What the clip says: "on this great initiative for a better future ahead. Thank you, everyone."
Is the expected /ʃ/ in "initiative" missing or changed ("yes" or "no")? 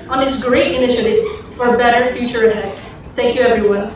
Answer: no